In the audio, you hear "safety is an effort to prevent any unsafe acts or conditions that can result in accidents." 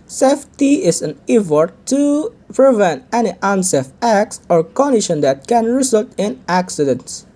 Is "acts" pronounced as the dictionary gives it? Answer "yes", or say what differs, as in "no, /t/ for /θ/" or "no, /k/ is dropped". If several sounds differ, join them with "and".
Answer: yes